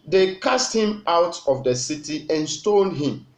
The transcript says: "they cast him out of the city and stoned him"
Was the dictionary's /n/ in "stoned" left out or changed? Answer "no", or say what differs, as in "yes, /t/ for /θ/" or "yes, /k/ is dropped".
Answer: yes, /l/ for /n/